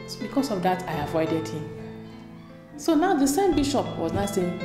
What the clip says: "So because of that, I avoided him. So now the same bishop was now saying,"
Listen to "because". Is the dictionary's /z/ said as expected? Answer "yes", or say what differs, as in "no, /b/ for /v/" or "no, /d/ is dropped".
no, /s/ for /z/